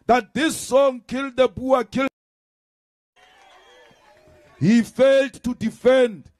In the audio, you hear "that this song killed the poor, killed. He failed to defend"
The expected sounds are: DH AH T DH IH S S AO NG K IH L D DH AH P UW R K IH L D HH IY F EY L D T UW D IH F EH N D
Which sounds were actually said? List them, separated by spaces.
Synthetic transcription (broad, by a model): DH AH T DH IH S S AO NG K IH L D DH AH B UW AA K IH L HH IY F EY L D T UW D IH F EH N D